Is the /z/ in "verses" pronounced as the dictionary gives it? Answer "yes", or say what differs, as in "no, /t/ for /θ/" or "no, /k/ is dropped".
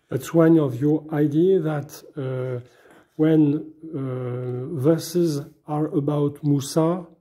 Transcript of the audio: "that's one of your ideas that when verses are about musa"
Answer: yes